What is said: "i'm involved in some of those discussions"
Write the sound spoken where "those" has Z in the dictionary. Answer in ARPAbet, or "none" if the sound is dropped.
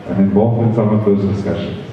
Z